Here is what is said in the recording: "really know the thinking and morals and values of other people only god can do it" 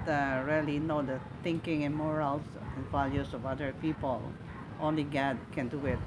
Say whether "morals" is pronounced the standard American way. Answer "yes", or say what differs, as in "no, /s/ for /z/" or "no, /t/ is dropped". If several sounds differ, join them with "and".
no, /s/ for /z/